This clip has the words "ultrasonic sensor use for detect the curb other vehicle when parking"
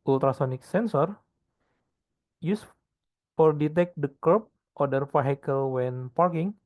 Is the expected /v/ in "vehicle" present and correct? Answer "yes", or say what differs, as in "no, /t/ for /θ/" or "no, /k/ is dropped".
no, /f/ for /v/